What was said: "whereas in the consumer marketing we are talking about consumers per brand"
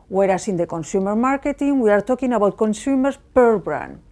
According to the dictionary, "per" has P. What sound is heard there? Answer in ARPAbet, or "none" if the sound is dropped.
P